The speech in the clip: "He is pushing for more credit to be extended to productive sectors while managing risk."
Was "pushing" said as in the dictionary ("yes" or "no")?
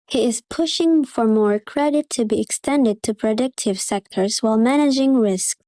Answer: yes